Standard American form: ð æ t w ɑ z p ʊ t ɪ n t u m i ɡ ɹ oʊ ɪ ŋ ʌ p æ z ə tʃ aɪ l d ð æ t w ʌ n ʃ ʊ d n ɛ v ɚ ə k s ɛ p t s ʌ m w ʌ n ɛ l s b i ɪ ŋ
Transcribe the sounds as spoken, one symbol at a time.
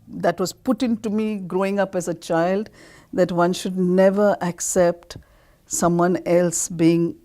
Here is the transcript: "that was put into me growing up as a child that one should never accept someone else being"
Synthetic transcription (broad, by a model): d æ t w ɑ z p ʊ t ɪ n t u m i ɡ ɹ oʊ ɪ ŋ ʌ p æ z ə tʃ aɪ l d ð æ t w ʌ n ʃ ʊ d n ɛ v ɚ ə k s ɛ p t s ʌ m w ʌ n ɛ l s b i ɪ ŋ